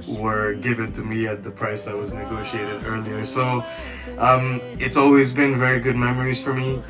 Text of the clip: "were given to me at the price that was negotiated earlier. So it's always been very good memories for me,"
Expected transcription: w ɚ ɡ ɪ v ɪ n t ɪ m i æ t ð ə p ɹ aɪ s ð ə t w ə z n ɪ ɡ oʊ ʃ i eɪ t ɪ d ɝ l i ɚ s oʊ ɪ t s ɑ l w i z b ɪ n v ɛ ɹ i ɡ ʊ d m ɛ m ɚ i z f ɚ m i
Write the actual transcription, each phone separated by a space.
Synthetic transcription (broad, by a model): w ɚ ɡ ɪ v ɪ n t ɪ m i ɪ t ð ə p ɹ aɪ s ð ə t w ə z n ɪ ɡ oʊ ʃ i eɪ t ɪ d ɝ l i ɚ s oʊ ɪ t s ɑ l w i z b ɪ n v ɛ ɹ i ɡ ʊ d m ɛ m ɚ i z f ɚ m i